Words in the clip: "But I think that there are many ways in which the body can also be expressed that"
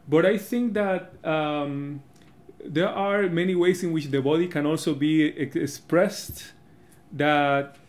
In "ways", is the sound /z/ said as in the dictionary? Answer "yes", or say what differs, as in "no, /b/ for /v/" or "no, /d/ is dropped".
no, /s/ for /z/